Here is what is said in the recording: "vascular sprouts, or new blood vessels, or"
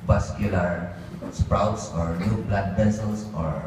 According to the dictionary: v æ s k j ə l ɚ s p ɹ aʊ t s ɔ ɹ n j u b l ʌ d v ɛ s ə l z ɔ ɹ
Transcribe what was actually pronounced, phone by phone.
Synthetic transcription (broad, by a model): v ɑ s k j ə l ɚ s p ɹ aʊ t s ɔ ɹ n j u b l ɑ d p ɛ s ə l s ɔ ɹ